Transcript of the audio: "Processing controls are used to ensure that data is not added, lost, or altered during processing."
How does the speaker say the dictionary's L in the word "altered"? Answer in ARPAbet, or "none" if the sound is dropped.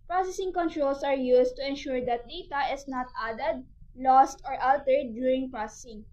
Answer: L